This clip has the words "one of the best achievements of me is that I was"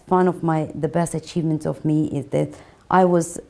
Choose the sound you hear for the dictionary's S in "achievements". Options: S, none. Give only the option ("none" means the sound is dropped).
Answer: none